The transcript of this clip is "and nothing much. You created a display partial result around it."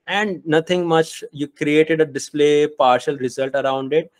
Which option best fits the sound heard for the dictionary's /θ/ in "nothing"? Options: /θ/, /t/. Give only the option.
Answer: /t/